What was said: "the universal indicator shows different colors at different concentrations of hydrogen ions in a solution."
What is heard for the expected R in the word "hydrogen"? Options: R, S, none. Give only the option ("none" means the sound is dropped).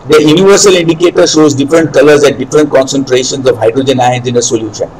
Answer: R